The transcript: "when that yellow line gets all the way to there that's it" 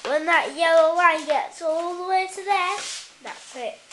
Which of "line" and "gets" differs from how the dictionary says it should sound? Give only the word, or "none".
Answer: line